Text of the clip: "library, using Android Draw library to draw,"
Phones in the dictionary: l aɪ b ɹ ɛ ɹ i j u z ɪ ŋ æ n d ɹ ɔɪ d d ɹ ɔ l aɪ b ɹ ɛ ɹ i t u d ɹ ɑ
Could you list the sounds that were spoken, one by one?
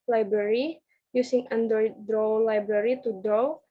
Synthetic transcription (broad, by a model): l aɪ b ɹ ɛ ɹ i j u s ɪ ŋ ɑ n d ʌ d d ɹ ɔ l aɪ b ɹ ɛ ɹ i t u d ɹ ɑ